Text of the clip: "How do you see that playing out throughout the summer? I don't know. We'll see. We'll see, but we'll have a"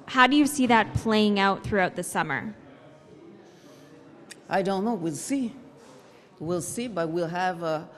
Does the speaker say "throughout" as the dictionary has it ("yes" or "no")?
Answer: yes